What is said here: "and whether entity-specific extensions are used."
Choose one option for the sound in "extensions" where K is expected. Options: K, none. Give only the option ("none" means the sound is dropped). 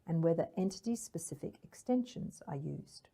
K